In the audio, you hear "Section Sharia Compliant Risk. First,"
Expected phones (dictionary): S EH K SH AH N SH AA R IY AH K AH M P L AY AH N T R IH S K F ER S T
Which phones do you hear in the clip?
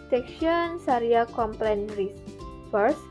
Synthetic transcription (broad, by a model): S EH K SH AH N S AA R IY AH K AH M P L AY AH N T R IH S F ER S